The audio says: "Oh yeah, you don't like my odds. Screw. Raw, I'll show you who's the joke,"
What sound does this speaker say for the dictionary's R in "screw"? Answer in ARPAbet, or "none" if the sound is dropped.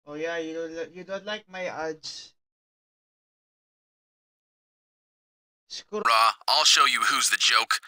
none